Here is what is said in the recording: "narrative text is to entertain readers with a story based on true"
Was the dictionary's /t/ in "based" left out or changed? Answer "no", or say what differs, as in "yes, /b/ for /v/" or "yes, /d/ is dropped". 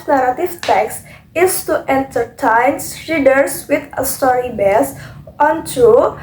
yes, /t/ is dropped